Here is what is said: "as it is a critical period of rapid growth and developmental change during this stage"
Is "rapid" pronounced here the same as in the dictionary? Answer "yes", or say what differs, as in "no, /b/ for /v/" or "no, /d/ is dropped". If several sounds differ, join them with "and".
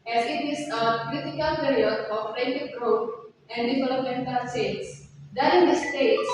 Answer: no, /p/ is dropped